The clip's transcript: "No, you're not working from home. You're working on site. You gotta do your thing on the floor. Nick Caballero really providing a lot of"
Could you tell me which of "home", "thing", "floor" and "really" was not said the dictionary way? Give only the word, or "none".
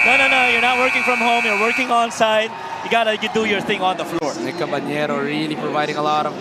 none